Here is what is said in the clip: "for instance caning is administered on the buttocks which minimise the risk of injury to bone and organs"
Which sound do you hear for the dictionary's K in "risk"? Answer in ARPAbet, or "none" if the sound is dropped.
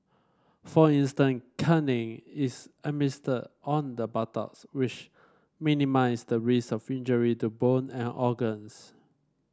none